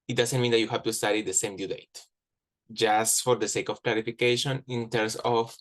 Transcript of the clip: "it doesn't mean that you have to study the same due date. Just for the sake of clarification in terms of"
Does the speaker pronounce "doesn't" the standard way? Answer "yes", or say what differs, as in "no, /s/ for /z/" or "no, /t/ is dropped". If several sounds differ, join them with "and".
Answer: no, /s/ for /z/